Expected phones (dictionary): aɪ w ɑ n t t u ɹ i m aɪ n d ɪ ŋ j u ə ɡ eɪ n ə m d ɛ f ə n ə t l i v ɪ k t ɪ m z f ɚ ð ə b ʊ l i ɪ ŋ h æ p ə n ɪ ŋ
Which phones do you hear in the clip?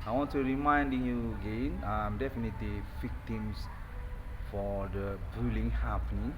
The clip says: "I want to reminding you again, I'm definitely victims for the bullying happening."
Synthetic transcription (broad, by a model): aɪ w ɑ n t t u ɹ i m aɪ n d ɪ ŋ j u ə ɡ eɪ n ə m d ɛ f ə n ə t l i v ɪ k t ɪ m s f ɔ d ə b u l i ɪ ŋ h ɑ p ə n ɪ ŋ